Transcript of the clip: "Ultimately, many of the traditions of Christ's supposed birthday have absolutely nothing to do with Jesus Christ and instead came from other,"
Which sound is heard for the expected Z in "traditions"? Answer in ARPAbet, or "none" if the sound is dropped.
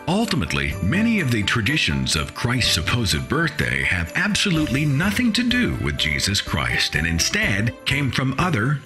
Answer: Z